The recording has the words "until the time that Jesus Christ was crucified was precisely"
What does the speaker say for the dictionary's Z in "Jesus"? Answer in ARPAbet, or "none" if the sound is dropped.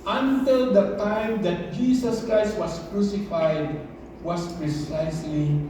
S